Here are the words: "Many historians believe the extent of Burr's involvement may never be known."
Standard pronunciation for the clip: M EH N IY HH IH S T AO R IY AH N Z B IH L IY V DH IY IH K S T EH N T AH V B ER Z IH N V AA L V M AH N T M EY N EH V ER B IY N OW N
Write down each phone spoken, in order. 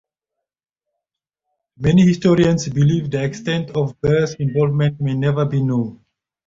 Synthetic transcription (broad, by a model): M EH N IY HH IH S T AO R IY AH N S B IH L IY V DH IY IH K S T EH N T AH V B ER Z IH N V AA L V M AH N T M EY N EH V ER B IY N OW N